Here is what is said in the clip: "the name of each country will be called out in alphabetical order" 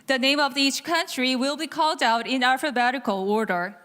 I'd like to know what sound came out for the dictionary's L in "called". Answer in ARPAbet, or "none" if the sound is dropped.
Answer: L